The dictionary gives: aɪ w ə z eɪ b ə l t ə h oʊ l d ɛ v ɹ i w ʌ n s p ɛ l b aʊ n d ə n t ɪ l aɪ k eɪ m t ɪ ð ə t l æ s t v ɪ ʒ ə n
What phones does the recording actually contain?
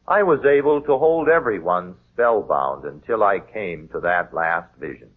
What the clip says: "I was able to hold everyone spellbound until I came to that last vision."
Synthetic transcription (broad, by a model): aɪ w ə z eɪ b ə l t ə h oʊ l d ɛ v ɹ i w ʌ n s p ɛ l b aʊ n d ə n t ɪ l aɪ k eɪ m t ɪ ð ə t l æ s t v ɪ ʒ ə n